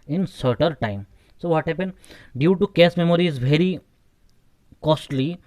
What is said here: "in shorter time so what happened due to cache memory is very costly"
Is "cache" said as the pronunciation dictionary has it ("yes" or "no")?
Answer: no